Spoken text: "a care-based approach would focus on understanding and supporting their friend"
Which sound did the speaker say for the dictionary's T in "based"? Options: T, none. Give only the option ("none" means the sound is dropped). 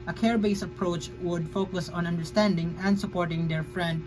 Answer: none